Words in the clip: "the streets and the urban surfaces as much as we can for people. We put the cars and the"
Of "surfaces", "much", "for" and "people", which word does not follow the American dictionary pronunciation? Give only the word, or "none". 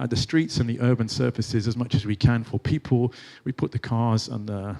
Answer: none